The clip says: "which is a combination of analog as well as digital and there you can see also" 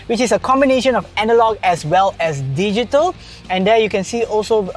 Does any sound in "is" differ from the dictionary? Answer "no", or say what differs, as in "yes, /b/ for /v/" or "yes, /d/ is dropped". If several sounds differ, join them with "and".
yes, /s/ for /z/